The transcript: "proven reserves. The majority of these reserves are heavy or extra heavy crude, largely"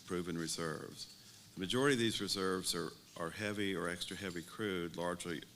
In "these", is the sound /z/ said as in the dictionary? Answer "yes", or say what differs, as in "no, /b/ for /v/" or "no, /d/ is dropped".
yes